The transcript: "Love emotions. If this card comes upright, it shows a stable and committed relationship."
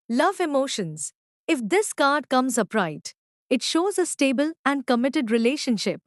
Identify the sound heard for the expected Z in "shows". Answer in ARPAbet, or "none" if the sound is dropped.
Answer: Z